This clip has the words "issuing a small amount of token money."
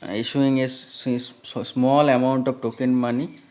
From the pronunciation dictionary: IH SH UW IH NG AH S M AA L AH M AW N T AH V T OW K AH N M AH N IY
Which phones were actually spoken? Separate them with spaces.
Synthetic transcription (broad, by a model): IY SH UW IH NG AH S M AA L AH M AW N T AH P T OW K AH N M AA N IY